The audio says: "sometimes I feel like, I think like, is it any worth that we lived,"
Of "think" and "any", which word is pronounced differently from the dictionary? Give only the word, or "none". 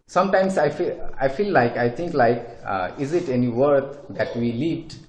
think